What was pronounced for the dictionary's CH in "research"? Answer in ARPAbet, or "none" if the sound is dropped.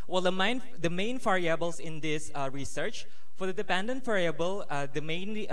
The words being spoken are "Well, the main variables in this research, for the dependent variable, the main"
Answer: CH